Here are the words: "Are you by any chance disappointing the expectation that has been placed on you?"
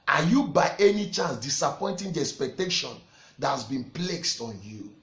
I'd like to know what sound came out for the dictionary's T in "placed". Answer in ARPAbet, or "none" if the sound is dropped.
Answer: T